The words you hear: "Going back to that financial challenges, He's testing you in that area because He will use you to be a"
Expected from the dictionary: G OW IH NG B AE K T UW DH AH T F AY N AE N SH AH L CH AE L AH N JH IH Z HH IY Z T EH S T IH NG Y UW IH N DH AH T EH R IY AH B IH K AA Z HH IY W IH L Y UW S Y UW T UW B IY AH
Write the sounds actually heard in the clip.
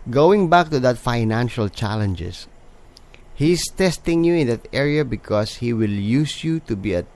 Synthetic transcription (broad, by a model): G OW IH NG B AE K T UW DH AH T F AY N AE N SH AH L CH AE L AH N JH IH S HH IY S T EH S T IH NG Y UW IH N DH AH T EH R IY AH B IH K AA S HH IY W IH L Y UW S Y UW T UW B IY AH